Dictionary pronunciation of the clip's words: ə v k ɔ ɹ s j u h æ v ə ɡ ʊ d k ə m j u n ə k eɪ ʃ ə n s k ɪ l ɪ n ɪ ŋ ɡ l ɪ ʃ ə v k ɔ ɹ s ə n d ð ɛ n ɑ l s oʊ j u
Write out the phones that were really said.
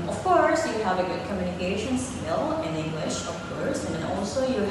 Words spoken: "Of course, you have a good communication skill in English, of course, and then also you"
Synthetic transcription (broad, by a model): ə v k ɔ ɹ s j u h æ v ə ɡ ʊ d k ə m j u n ə k eɪ ʃ ə n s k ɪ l ɪ n ɪ ŋ ɡ l ɪ ʃ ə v k ɔ ɹ s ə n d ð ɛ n ɑ l s oʊ j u